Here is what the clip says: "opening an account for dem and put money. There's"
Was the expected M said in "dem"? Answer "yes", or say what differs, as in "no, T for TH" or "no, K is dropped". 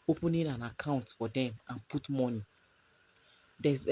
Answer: yes